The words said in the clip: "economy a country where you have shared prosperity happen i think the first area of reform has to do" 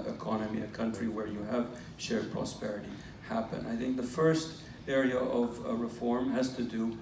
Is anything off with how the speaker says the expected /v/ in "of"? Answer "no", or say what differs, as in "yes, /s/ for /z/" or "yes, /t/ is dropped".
no